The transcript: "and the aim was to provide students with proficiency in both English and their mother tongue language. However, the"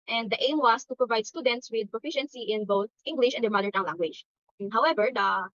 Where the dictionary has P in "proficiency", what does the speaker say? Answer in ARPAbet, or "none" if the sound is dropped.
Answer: P